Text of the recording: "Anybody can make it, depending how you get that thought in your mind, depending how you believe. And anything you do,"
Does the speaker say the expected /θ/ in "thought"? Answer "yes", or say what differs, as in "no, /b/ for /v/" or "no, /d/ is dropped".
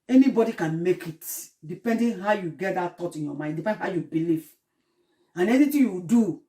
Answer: no, /t/ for /θ/